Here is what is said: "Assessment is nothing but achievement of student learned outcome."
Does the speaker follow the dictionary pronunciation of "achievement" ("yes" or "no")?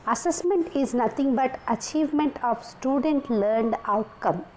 yes